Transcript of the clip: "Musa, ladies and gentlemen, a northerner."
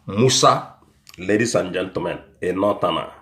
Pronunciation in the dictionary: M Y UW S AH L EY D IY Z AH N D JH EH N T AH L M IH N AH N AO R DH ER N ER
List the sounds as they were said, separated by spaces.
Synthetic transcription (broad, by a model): M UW S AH L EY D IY S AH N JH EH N T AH M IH N AH N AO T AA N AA